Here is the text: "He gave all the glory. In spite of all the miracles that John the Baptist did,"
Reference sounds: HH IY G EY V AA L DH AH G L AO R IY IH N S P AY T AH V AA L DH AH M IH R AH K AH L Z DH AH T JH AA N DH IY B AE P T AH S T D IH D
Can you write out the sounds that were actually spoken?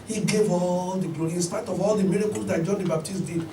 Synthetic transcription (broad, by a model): HH IY G EY V AA L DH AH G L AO IY N S P AY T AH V AA L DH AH M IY R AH K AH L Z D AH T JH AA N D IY B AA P T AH S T D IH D